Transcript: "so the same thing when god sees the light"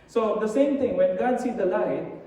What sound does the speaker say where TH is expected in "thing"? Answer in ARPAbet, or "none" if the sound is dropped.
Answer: T